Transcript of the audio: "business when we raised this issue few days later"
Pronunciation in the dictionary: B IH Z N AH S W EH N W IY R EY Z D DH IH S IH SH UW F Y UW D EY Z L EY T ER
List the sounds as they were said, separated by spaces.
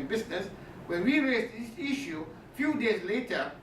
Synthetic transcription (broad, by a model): B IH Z N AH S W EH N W IY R EY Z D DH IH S IH SH UW F Y UW D EY Z L EY T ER